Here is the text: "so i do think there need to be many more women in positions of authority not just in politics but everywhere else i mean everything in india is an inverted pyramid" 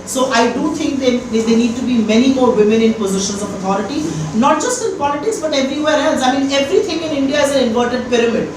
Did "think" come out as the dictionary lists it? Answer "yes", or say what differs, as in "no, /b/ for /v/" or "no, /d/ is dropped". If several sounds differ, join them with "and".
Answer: no, /t/ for /θ/